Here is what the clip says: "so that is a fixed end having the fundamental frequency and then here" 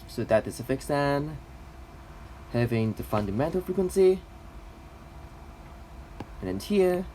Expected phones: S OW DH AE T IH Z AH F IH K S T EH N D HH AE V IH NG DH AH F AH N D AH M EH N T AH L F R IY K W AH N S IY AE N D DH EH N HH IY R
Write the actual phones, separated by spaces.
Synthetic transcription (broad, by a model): S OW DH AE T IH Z AH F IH K S EH N HH AE V IH NG DH AH F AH N D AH M EH N T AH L F R IY K W AH N S IY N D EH N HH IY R